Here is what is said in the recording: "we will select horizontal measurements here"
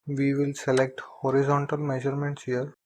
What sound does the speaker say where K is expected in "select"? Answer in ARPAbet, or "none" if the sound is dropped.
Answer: K